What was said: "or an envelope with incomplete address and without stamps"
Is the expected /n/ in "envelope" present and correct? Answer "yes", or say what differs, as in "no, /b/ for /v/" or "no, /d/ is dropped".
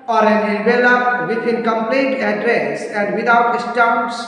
no, /n/ is dropped